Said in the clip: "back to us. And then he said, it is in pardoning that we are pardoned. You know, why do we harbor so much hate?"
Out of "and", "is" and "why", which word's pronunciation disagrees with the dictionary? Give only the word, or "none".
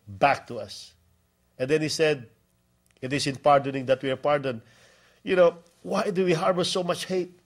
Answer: is